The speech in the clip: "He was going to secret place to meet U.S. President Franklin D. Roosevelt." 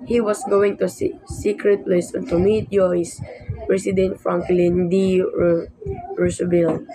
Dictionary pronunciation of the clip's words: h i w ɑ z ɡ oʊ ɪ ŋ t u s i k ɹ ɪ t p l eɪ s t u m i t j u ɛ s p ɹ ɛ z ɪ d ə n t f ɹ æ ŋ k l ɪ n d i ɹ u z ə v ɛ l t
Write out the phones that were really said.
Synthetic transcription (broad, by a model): h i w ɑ s ɡ oʊ ɪ ŋ t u s i k ɹ ɪ t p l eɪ s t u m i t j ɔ s p ɹ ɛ s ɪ d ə n t f ɹ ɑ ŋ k l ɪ n d i ɹ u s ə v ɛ l